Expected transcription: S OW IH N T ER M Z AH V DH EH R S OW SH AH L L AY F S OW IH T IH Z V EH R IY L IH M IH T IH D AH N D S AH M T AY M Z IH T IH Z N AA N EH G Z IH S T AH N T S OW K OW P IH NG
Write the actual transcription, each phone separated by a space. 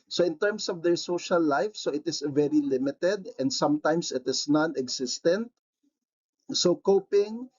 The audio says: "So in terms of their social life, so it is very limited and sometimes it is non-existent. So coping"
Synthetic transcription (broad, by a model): S OW IH N T ER M S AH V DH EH R S OW SH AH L L AY F S OW IH T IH S V EH R IY L IH M IH T IH D AH N D S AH M T AY M S IH T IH S N AA N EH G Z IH S T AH N T S OW K OW P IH NG